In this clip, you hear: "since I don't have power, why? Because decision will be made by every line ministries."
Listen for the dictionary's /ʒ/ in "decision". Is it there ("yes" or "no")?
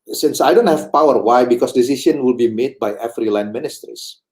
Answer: no